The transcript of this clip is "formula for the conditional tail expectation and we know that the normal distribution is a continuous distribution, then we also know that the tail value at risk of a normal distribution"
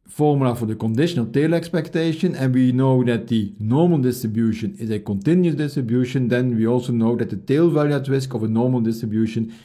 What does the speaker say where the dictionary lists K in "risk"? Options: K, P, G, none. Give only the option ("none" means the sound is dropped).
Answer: K